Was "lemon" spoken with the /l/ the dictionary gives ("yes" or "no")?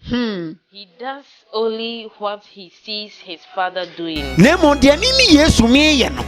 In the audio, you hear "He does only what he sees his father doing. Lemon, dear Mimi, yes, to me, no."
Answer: no